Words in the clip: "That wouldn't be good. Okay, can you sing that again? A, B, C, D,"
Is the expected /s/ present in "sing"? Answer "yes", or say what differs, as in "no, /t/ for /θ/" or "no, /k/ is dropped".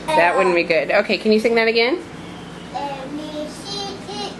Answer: no, /θ/ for /s/